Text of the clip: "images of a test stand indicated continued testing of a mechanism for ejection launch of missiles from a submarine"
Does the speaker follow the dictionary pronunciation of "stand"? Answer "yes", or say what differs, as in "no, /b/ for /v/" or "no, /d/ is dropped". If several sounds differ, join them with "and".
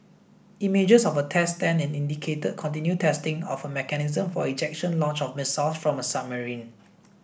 no, /d/ is dropped